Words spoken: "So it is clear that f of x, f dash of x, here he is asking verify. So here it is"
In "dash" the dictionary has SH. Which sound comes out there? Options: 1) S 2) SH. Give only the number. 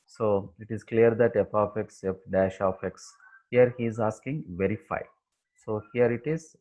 2